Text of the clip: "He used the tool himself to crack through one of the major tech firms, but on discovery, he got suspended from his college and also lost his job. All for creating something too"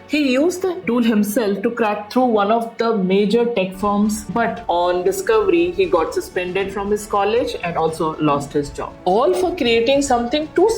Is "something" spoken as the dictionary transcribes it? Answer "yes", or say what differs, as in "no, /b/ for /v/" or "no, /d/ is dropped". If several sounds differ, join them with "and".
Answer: no, /t/ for /θ/